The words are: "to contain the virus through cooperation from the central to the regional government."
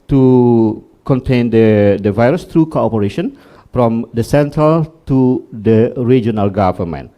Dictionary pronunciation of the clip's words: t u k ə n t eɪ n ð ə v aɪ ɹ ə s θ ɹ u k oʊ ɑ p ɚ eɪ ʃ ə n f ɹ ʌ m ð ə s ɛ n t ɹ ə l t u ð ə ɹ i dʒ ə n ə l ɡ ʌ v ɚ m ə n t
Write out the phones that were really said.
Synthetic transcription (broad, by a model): t u k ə n t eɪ n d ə v aɪ ɹ ə s t ɹ u k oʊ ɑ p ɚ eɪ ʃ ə n f ɹ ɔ m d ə s ɛ n t ɹ ə l t u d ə ɹ i dʒ ə n ə l ɡ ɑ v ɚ m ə n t